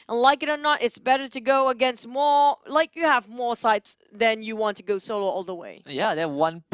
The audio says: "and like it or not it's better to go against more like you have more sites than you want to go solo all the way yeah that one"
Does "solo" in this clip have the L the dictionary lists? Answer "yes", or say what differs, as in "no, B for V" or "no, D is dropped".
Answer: yes